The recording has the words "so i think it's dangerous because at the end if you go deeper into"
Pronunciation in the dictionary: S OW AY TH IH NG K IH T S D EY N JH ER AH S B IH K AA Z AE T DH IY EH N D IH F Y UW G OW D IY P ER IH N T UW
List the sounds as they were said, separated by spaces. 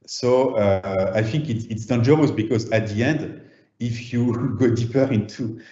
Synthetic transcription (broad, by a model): S OW AY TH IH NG K IH T S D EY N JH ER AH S B IH K AA Z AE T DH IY EH N D IH F Y UW G OW D IY P ER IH N T UW